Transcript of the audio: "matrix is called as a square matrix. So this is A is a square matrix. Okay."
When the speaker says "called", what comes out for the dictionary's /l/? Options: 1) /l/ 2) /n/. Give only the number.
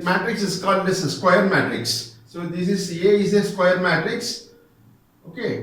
1